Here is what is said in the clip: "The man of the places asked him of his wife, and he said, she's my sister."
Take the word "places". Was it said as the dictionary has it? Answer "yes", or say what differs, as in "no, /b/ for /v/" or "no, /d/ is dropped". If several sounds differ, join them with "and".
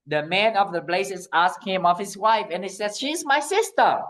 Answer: no, /b/ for /p/